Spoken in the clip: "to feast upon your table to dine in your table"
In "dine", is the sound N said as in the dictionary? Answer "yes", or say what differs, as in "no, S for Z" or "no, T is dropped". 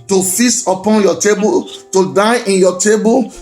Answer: no, N is dropped